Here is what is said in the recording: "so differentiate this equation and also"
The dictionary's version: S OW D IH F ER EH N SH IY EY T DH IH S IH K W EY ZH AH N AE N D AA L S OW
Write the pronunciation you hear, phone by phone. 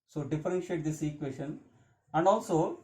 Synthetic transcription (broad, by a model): S OW D IH F ER EH N SH IY EY T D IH S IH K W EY SH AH N AE N D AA L S OW